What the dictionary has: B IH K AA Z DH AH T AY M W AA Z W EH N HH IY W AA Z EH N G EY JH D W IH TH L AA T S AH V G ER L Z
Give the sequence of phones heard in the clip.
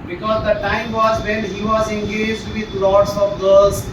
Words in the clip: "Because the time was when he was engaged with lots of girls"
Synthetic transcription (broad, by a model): B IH K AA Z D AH T AY M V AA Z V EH N HH IY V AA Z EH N G EY JH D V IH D L AA T S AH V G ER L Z